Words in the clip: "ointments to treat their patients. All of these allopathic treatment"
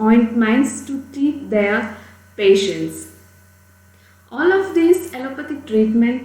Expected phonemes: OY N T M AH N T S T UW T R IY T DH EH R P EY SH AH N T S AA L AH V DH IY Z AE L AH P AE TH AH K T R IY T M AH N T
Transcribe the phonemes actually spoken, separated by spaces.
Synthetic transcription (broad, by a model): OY N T M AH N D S T UW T IY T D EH R P EY SH AH N T S AA L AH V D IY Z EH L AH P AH T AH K T R IY T M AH N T